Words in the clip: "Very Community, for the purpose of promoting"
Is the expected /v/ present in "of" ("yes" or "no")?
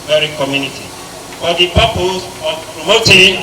no